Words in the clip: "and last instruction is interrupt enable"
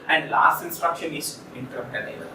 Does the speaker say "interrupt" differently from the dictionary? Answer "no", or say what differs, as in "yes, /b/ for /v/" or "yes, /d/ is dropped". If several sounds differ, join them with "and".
yes, /p/ is dropped